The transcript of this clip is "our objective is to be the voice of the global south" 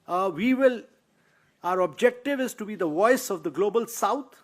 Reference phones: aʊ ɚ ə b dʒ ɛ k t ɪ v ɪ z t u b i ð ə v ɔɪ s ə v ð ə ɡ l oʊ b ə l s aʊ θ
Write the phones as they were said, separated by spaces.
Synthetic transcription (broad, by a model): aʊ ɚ ə b dʒ ɛ k t ɪ v ɪ z t u b i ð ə v ɔɪ s ə v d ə ɡ l oʊ b ə l s aʊ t